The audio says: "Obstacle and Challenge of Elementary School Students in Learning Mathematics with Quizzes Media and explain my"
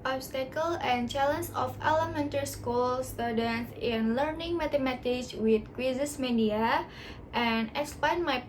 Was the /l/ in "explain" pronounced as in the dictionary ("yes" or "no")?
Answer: no